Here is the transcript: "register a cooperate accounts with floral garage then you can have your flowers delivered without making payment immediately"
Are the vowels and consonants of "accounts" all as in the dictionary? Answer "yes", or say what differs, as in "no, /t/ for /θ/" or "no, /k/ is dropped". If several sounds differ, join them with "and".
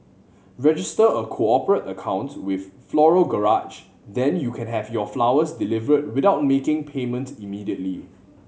no, /s/ is dropped